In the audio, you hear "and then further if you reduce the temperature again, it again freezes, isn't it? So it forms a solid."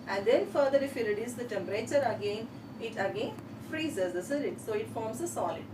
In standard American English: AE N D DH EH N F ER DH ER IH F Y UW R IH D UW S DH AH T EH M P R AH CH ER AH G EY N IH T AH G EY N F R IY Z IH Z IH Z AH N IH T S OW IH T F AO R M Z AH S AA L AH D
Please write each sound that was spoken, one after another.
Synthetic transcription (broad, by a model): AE N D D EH N F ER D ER IH F Y UW R IH D UW S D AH T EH M P R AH CH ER AH G EY N IH T AH G EY N F R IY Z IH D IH S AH L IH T S OW IH T F AO R M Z AH S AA L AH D